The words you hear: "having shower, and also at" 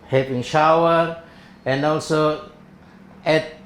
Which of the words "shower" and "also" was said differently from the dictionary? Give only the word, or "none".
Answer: none